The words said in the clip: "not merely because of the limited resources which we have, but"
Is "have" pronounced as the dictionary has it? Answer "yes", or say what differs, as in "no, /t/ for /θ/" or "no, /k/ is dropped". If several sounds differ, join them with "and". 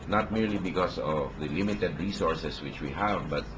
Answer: yes